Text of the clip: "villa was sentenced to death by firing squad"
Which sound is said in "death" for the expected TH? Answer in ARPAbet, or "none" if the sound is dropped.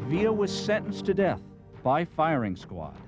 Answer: TH